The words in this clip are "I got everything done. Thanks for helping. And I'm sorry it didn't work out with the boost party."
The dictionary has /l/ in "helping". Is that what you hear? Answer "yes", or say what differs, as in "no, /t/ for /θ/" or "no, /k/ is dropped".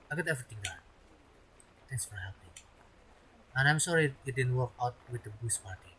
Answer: no, /l/ is dropped